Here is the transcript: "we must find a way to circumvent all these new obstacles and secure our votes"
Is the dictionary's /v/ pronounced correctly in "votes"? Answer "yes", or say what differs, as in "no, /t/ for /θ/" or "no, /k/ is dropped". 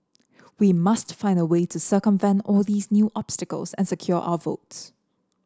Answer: yes